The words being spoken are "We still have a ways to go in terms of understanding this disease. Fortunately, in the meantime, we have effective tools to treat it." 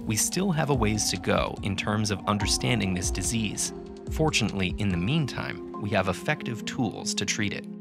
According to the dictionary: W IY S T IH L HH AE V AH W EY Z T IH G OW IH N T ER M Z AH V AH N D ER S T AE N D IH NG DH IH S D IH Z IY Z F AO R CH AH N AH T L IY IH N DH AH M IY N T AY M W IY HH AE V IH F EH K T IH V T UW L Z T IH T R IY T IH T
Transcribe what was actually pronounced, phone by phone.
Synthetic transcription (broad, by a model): W IY S T IH L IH V AH W EY Z T IH G OW IH N T ER M Z AH V AH N D ER S T AE N D IH NG DH IH S D IH Z IY Z F AO R CH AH N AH T L IY IH N DH AH M IY N T AY M W IY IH V IH F EH K T IH V T UW L Z T IH T R IY T IH T